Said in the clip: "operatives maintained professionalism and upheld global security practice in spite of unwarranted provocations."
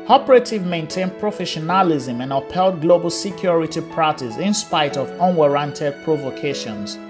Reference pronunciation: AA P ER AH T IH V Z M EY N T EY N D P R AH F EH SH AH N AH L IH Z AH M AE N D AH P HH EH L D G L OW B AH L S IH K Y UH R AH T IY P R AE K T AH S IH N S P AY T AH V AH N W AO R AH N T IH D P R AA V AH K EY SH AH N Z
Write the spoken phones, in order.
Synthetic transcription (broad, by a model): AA P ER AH T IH V M EY N T EY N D P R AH F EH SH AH N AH L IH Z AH M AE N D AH P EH L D G L OW B AH L S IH K Y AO R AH T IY P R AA T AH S IH N S P AY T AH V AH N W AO R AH N T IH D P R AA V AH K EY SH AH N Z